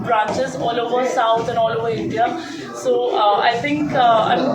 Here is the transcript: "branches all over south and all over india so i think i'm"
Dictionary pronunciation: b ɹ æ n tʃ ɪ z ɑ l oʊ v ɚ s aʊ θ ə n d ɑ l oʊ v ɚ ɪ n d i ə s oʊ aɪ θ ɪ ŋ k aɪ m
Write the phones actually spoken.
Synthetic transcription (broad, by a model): b ɹ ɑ n tʃ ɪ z ɑ l oʊ v ɚ s aʊ t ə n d ɑ l oʊ v ɚ ɪ n d i ə s oʊ aɪ t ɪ ŋ k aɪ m